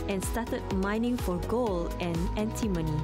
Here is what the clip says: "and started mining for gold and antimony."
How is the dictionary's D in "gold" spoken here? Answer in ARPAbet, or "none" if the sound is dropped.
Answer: none